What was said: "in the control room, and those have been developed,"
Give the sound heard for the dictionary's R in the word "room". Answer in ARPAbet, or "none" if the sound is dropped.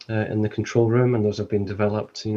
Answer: R